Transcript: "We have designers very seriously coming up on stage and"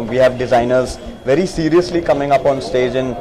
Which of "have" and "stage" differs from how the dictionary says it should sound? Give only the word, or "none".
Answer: none